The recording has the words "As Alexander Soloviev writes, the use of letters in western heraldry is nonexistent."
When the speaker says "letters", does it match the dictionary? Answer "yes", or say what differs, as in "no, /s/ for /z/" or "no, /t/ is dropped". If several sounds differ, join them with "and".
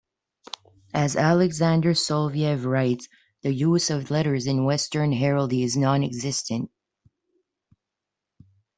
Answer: yes